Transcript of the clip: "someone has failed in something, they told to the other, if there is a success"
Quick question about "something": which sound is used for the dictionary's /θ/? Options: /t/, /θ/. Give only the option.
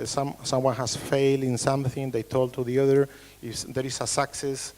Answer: /θ/